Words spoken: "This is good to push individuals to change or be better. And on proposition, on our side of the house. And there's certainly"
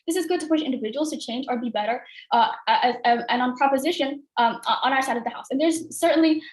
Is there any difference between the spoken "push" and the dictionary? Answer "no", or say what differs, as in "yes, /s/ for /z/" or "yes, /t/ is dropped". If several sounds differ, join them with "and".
no